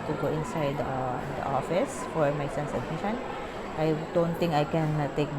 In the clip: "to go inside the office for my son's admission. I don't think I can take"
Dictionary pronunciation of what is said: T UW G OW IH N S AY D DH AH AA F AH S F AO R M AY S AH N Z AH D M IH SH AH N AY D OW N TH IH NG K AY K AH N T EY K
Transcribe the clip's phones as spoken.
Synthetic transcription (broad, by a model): T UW G OW IH N S AY D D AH AA F AH S F AO R M AY S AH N S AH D M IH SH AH N AY D OW N T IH NG K AY K AH N T EY K